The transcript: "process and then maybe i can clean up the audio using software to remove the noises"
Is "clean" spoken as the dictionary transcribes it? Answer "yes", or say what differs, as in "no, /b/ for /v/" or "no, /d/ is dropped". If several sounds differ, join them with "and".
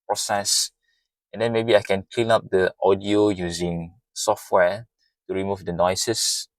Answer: yes